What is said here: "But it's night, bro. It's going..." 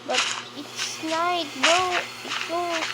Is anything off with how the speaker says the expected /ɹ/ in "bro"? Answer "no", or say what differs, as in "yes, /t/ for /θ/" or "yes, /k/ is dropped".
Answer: yes, /ɹ/ is dropped